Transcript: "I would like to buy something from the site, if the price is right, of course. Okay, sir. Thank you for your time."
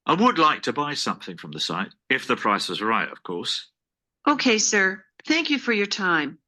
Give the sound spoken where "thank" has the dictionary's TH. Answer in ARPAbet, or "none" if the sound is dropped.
TH